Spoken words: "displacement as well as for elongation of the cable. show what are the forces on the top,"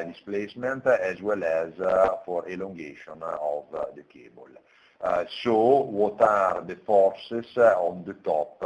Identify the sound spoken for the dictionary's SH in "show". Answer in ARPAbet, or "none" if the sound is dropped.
S